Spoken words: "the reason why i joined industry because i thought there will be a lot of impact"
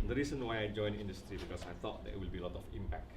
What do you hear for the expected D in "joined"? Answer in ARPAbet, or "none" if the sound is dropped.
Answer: none